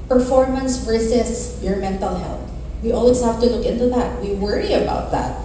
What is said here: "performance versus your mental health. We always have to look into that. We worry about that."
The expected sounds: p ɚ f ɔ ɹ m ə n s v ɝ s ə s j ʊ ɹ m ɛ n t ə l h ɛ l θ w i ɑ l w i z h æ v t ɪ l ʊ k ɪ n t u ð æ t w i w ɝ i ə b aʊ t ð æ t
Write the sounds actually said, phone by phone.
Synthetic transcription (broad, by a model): p ɚ f ɔ ɹ m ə n s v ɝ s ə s j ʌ ɹ m ɛ n t ə l h ɛ l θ w i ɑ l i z h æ f t ɪ l ʊ k ɪ n t u ð æ t w i w ɝ i ə b aʊ t ð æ t